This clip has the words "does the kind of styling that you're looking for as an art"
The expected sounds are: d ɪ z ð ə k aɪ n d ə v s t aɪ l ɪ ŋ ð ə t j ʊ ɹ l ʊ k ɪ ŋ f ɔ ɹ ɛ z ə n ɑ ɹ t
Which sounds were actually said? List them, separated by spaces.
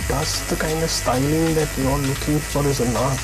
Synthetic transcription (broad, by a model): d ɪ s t k aɪ n d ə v s t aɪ n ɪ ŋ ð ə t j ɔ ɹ l ʊ k ɪ ŋ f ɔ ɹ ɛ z ə n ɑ